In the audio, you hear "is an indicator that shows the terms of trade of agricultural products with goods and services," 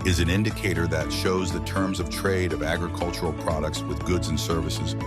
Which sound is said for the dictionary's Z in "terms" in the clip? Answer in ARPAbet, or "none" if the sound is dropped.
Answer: Z